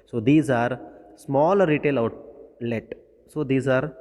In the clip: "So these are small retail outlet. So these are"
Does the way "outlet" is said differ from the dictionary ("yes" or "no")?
no